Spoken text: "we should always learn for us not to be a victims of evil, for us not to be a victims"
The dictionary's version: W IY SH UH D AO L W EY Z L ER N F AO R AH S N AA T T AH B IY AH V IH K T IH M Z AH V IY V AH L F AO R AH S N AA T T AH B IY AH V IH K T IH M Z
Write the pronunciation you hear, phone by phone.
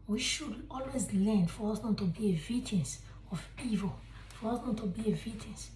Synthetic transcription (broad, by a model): W IY SH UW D AO L W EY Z L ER N F AO R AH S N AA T T AH B IY AH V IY T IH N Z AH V IY V AH L F AO R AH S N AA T T AH B IY AH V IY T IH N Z